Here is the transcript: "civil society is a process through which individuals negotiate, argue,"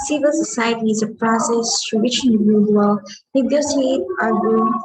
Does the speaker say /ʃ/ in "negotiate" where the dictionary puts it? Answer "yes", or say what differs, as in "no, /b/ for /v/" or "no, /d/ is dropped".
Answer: no, /s/ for /ʃ/